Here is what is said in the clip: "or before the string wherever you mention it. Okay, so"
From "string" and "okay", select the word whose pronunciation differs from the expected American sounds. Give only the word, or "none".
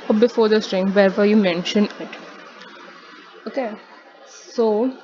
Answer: none